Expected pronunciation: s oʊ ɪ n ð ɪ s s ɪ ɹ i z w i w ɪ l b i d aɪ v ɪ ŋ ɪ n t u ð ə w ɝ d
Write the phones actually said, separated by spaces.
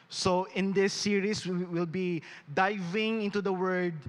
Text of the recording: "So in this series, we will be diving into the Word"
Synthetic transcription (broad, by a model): s oʊ ɪ n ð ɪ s s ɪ ɹ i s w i w ɪ l b i d aɪ v ɪ ŋ ɪ n t u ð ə w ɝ d